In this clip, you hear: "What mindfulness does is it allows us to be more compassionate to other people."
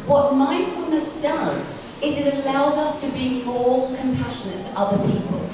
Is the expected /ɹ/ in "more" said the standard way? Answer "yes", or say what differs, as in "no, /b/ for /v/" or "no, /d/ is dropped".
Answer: no, /l/ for /ɹ/